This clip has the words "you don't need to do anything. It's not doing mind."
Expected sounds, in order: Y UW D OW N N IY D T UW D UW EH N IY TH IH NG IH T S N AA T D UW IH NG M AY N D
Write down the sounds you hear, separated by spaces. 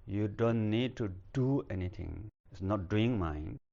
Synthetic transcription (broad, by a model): Y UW D OW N N IY D T UW D UW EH N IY T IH NG IH T S N AA T D UW IH NG M AY N